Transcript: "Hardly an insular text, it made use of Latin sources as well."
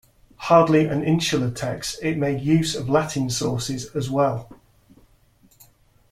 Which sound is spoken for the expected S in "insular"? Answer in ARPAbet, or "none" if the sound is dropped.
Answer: SH